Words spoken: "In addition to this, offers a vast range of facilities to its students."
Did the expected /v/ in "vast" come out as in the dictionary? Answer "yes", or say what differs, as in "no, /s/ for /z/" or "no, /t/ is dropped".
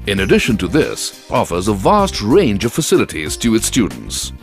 yes